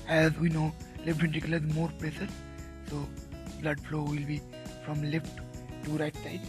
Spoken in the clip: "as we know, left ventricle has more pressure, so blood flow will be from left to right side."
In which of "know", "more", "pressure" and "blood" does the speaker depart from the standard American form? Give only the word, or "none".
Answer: pressure